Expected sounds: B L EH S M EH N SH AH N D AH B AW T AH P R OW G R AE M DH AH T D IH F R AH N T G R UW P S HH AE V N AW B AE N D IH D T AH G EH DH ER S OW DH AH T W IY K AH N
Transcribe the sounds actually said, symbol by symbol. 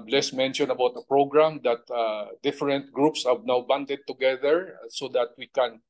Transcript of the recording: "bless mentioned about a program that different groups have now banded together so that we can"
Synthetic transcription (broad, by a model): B L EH S M EH N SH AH N AH B AW T AH P R OW G R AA M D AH T D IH F R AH N T G R UW P S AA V N AW B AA N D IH D T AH G EH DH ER S OW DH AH T W IY K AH N